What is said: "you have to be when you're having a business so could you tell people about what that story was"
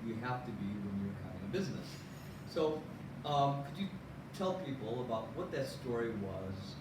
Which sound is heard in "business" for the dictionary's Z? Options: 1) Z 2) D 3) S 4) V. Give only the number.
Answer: 1